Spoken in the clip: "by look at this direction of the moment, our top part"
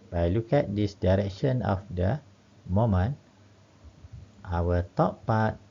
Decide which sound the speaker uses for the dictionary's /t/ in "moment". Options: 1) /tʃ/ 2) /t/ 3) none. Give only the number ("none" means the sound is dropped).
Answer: 2